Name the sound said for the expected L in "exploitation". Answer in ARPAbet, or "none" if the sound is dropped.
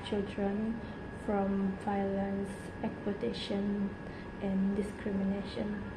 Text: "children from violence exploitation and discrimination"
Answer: none